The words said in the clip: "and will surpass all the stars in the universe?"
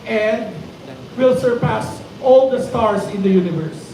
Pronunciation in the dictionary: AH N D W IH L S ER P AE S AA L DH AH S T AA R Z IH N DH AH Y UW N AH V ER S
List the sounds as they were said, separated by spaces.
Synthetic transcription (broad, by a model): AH N D W IH L S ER P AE S AA L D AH S T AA R S IH N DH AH Y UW N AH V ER S